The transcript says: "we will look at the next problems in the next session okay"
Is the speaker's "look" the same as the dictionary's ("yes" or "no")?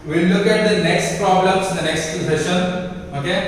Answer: yes